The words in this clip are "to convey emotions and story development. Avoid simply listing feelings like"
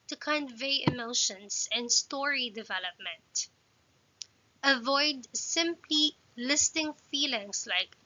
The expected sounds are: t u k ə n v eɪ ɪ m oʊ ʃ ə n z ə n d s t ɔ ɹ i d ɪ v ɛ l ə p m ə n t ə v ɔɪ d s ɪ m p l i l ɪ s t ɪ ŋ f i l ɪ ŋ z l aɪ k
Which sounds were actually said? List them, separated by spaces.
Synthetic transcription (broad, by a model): t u k ə n v eɪ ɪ m oʊ ʃ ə n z ə n d s t ɔ ɹ i d ɪ v ɛ l ə p m ə n t ə v ɔɪ d s ɪ m p l i l ɪ s t ɪ ŋ f i l ɪ ŋ s l aɪ k